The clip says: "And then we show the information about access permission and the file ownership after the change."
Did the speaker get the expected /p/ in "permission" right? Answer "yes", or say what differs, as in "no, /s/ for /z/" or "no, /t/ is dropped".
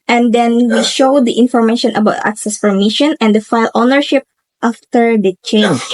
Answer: no, /f/ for /p/